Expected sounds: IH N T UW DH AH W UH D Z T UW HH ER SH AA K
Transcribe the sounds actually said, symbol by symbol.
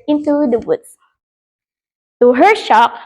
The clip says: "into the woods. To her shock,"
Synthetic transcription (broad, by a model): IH N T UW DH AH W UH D S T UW HH ER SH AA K